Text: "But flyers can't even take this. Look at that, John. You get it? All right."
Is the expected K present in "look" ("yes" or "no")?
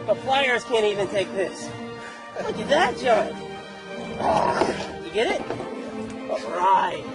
no